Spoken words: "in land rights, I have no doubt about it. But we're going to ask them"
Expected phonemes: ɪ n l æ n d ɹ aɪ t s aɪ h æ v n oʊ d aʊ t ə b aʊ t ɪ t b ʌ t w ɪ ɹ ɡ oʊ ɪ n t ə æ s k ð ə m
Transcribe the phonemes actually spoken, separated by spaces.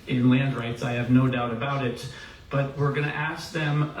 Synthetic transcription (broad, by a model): ɪ n l æ n d ɹ aɪ t s aɪ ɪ v n oʊ d aʊ t ə b aʊ t ɪ t b ʌ t w ɪ ɹ ɡ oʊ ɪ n t æ s k ð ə m